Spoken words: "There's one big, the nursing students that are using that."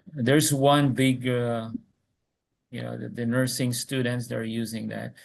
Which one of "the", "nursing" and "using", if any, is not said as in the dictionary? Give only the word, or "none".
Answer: none